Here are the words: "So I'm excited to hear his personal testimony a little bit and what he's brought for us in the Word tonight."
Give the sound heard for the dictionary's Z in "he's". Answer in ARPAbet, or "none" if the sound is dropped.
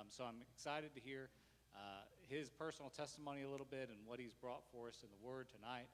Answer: Z